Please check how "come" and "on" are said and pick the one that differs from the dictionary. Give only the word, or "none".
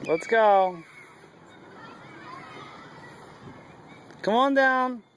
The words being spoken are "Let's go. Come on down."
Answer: none